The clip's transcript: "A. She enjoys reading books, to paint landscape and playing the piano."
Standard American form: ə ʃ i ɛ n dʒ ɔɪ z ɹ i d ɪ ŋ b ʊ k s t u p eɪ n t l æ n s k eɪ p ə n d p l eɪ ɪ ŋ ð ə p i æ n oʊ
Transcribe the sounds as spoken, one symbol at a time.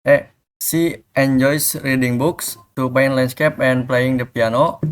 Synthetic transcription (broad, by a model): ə s i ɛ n dʒ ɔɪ s ɹ i d ɪ ŋ b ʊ k s t u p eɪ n l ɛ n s k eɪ p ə n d p l eɪ ɪ ŋ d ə p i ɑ n oʊ